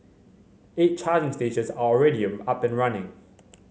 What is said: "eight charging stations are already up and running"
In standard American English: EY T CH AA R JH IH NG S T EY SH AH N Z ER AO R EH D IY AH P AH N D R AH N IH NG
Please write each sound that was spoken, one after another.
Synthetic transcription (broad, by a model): EY T CH AA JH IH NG S T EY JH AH Z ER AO R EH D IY AH P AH N R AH N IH NG